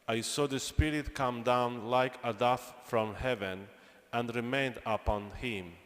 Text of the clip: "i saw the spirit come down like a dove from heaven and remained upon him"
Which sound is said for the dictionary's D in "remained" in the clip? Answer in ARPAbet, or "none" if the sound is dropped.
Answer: D